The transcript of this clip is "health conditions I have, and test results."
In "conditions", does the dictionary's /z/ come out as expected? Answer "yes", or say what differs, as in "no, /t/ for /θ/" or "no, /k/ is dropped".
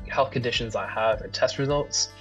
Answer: yes